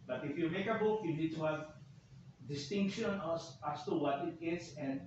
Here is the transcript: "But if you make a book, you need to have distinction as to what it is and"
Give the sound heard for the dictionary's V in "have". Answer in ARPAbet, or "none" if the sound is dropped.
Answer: V